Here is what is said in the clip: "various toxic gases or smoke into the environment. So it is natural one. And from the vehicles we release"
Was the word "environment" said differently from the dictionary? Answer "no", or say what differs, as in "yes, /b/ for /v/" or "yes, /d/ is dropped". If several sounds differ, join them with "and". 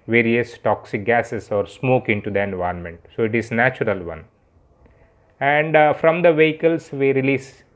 yes, /ɹ/ is dropped